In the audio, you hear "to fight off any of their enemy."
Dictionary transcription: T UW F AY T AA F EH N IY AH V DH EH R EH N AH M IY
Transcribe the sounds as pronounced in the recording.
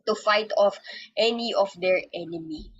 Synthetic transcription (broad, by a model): T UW F AY T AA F EH N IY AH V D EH R EH N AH M IY